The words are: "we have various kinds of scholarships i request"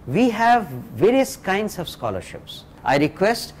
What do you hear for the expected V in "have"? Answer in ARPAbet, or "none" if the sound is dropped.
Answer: V